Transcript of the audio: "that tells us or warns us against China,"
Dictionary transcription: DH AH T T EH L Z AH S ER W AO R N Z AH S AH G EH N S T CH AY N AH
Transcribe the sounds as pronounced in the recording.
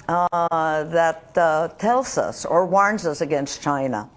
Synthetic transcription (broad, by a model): DH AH T T EH L Z AH S ER W AO R N Z AH S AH G EH N S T CH AY N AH